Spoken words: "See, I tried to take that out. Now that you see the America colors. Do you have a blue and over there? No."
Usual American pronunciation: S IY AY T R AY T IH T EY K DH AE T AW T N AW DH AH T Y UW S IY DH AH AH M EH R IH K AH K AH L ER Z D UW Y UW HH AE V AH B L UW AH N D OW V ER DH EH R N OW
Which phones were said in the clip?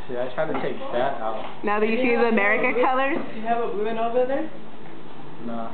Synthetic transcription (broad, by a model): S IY AY T R AY T IH T EY K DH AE T AW T N AW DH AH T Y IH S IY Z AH AH M EH R IH K AH K AH L ER Z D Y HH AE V AH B UW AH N OW V ER DH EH R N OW